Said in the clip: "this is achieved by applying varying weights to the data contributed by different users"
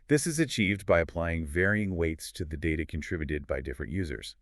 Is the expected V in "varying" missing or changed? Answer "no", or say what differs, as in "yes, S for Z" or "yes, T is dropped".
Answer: no